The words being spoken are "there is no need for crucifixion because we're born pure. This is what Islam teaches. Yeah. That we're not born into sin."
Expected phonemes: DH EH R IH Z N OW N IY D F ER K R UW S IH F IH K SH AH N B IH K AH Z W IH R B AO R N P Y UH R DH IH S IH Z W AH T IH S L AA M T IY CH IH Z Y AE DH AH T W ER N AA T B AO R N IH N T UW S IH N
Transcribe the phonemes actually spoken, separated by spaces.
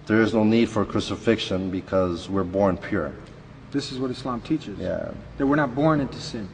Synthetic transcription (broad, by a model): DH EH R IH Z N OW N IY D F ER K R UW S IH F IH K SH AH N B IH K AH Z W IH R B AO R N P Y UH R DH IH S IH Z W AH T IH S L AA M T IY CH IH Z Y AE DH AH T W ER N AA T B AO R N IH N T UW S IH N